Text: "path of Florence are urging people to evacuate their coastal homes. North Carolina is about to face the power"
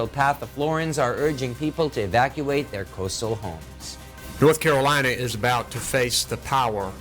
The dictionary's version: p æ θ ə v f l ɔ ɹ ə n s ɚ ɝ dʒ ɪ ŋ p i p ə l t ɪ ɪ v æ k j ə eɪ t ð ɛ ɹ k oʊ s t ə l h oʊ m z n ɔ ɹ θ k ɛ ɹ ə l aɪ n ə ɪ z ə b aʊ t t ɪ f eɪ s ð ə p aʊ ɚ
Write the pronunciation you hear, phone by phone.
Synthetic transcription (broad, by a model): p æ θ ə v f l ɔ ɹ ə n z ɚ ɝ dʒ ɪ ŋ p i p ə l t ɪ ɪ v æ k j ə eɪ t ð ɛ ɹ k oʊ s t l h oʊ m z n ɔ ɹ θ k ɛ ɹ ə l aɪ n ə ɪ z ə b aʊ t t ɪ f eɪ s ð ə p aʊ ɚ